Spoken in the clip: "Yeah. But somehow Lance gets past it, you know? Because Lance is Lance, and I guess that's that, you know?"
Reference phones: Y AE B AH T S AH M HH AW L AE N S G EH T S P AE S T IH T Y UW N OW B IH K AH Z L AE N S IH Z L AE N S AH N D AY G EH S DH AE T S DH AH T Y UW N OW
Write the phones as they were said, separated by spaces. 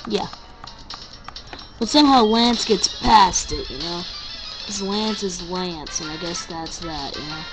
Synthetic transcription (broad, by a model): Y AE B AH T S AH M HH AW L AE N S G EH T S P AE S T IH T Y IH N OW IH AH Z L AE N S IH Z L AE N S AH N AY G EH S DH AE T S DH AH T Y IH N OW